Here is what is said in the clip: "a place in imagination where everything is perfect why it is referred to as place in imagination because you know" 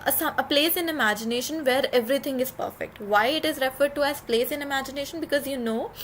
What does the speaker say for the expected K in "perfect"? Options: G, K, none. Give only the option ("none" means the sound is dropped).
K